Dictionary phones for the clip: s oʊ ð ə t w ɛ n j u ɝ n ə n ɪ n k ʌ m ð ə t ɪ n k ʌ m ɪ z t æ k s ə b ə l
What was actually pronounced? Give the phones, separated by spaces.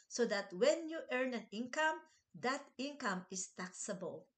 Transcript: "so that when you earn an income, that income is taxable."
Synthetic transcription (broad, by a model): s oʊ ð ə t w ɛ n j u ɝ n ə n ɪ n k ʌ m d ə t ɪ n k ʌ m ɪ s t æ k s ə b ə l